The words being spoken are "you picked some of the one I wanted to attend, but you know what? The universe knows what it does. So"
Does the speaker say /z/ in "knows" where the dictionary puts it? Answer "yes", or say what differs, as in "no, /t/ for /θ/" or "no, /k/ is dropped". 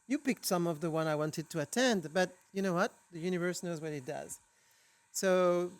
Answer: yes